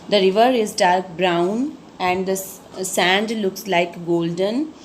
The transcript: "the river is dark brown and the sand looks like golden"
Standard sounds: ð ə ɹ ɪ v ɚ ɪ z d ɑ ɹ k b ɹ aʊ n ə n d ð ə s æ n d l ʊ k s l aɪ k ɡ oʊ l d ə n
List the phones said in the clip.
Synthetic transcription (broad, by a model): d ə ɹ ɪ v ɚ ɪ z d ɑ ɹ k b ɹ aʊ n ə n d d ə s æ n d l ʊ k s l aɪ k ɡ oʊ l d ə n